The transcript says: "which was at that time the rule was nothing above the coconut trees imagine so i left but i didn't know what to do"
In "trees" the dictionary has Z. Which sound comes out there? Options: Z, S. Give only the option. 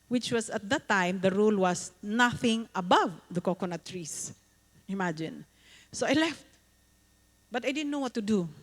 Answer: S